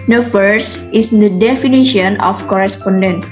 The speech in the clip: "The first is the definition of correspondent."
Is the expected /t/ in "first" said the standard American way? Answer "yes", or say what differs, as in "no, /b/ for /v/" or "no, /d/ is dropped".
no, /t/ is dropped